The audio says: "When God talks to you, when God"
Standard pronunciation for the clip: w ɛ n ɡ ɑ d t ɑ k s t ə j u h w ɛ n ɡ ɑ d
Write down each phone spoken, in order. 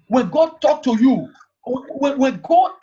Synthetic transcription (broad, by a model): w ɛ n ɡ ɑ d t ɑ k t ə j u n w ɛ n ɡ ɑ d